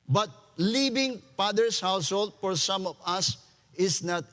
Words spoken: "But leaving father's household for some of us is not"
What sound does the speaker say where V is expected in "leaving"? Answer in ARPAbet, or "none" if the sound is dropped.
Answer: B